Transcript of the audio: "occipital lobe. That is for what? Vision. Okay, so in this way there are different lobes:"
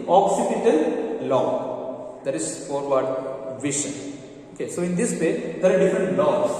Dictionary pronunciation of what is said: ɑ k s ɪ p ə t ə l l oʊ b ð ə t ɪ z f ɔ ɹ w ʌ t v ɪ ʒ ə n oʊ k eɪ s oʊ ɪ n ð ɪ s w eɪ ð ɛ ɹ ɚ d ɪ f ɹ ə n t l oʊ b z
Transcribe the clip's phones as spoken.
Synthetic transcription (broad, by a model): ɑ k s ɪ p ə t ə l l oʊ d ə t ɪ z f ɔ ɹ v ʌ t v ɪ ʃ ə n oʊ k eɪ s oʊ ɪ n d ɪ s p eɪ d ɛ ɹ d ɪ f ɹ ə n t l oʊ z